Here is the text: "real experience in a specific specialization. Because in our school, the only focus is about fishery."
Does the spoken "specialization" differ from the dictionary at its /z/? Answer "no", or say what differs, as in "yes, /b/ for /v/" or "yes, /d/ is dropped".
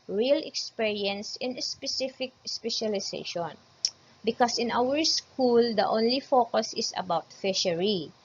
yes, /s/ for /z/